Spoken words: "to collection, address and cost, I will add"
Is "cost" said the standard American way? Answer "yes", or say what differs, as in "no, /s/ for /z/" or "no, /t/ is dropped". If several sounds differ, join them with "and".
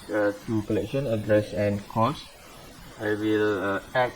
no, /t/ is dropped